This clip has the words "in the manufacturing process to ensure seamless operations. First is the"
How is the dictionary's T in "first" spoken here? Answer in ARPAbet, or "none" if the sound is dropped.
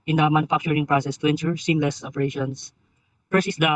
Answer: none